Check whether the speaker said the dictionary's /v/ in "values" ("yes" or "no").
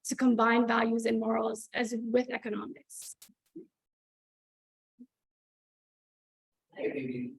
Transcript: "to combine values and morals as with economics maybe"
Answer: yes